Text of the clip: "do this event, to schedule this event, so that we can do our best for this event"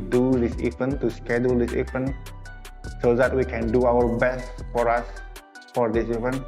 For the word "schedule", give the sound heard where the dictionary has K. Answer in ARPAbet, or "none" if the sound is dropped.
K